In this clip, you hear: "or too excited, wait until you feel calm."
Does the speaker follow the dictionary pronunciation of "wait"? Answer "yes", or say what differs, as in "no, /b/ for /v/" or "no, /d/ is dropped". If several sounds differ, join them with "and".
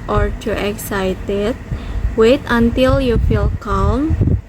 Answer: yes